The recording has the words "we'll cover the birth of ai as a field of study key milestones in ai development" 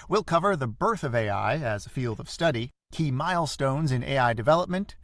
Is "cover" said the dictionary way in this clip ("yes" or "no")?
yes